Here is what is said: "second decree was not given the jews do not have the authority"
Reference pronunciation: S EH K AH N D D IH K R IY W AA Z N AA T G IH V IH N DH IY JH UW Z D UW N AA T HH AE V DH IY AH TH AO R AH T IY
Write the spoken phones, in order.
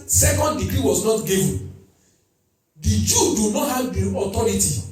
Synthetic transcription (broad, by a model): S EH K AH N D D IH K R IY W AA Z N AA T G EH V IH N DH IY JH UW D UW N AA T HH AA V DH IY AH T AO R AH T IY